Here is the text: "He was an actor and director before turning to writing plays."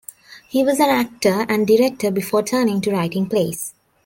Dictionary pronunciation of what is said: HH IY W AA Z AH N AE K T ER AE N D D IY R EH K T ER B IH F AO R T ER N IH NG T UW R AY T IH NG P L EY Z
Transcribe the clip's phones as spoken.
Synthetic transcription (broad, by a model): HH IY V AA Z AH N AE K T ER AE N D D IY R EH K T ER B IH F AO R T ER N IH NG T UW R AY T IH NG P L EY S